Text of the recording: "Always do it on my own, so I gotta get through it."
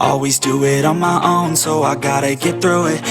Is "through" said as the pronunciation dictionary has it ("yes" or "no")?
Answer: yes